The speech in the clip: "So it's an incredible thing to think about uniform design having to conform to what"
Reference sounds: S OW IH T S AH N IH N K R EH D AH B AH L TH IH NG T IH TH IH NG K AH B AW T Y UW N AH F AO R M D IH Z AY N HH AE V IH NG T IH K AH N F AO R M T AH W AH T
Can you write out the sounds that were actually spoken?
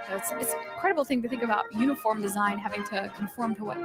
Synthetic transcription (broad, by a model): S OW IH T S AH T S K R EH D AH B L TH IH NG T IH TH IH NG K AH B AW T Y UW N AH F AO R M D IH Z AY N HH AE V IH NG T IH K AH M F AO R M T AH W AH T